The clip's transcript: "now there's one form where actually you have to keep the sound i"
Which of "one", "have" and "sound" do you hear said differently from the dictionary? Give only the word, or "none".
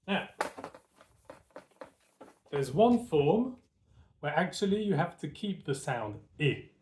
have